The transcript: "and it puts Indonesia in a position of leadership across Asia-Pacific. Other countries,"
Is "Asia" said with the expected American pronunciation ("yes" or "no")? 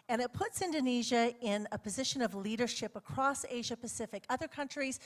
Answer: yes